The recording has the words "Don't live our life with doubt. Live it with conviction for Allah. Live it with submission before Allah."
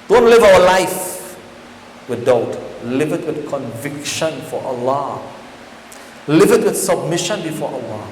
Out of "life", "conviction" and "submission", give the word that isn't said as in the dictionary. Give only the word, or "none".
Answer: none